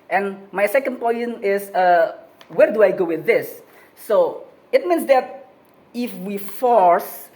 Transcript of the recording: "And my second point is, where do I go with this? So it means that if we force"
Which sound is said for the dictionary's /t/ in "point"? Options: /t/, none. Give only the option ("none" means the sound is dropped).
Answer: none